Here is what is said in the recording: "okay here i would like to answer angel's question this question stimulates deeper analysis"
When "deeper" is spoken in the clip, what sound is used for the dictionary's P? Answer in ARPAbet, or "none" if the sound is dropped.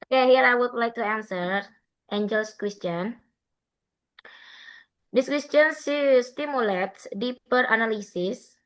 P